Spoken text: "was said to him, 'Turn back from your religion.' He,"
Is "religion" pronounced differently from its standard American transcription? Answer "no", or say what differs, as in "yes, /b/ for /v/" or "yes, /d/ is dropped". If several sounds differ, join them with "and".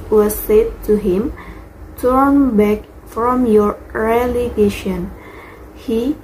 yes, /ʃ/ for /dʒ/